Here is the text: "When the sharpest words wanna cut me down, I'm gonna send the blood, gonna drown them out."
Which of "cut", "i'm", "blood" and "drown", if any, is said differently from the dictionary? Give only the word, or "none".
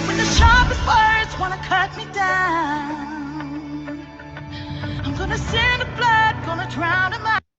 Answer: none